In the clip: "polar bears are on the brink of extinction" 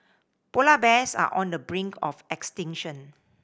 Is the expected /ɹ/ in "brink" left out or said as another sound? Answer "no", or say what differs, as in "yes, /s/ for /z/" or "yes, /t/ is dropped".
no